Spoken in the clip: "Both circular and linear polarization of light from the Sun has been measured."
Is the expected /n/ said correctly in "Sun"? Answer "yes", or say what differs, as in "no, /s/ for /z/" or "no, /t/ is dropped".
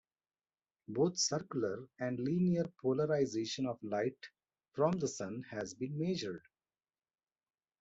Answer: yes